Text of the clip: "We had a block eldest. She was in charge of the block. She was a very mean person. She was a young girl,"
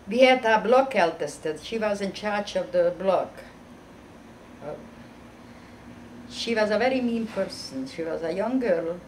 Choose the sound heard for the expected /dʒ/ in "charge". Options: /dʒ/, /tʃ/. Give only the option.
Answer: /tʃ/